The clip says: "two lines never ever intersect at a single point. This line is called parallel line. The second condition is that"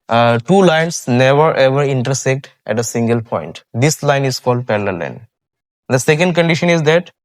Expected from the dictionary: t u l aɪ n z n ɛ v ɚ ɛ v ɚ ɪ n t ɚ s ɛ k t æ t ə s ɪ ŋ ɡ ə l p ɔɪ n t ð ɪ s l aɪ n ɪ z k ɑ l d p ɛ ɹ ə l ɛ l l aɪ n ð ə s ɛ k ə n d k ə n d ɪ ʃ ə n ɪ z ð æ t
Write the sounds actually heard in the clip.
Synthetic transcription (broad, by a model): t u l aɪ n s n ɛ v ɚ ɛ v ɚ ɪ n t ɚ s ɛ k t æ t ə s ɪ ŋ ɡ ə l p ɔɪ n t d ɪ s l aɪ n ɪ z k ɑ l d p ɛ l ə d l l aɪ n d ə s ɛ k ə n d k ə n d ɪ ʃ ə n ɪ z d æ t